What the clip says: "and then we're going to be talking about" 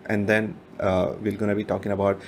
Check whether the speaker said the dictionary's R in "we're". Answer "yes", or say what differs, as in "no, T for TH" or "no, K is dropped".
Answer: no, L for R